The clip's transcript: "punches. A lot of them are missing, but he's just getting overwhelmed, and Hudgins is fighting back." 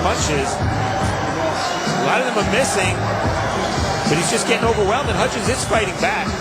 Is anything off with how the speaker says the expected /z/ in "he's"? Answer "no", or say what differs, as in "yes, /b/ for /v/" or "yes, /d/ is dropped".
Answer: no